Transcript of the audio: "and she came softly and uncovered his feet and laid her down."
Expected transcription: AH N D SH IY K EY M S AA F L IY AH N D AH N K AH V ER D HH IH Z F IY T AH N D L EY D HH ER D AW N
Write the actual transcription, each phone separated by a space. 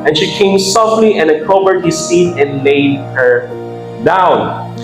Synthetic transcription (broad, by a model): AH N SH IY K EY M S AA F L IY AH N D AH K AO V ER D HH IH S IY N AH N L EY D HH ER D AW N